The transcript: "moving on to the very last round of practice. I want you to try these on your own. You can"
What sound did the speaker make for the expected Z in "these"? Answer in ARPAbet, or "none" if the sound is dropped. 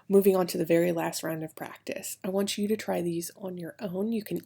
Z